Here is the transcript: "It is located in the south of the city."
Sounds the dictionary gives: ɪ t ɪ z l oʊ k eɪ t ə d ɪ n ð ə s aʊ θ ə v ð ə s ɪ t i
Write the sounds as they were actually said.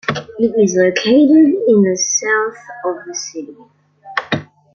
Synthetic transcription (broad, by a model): ɪ t ɪ z l oʊ k eɪ t ə d ɪ n ð ə s aʊ θ ə v ð ə s ɪ t i